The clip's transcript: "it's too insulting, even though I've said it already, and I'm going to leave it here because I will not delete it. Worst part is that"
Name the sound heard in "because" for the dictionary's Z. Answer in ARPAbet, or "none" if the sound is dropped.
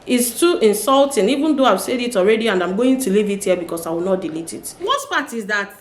S